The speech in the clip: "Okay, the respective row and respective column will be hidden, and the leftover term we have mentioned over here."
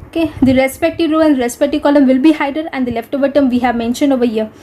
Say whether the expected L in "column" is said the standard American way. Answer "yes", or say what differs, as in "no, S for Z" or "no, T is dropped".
yes